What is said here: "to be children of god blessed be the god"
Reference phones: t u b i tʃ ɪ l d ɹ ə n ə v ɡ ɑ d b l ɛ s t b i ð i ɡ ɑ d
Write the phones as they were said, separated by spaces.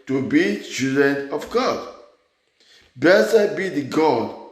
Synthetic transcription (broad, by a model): t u b i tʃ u d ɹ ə n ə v ɡ ɑ d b ɛ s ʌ b i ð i ɡ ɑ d